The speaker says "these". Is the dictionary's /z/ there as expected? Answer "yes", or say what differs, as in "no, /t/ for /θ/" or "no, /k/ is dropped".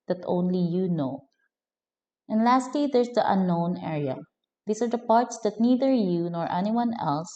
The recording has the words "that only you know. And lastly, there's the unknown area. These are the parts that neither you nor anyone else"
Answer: no, /s/ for /z/